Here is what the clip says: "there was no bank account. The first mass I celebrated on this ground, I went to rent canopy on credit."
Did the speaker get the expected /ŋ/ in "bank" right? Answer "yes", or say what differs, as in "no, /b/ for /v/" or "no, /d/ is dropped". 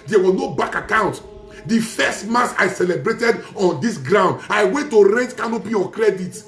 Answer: no, /ŋ/ is dropped